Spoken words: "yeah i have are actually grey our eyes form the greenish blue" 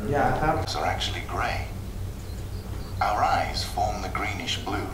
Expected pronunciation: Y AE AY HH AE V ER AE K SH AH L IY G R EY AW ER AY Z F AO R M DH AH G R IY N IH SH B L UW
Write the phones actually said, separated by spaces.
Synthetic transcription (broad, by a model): Y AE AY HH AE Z ER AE K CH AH L IY G R EY AW ER AY Z F AO R M DH AH G R IY N IH SH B L UW